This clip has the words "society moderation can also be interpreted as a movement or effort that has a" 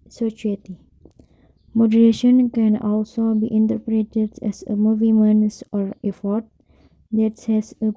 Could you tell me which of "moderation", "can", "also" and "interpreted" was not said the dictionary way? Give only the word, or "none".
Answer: none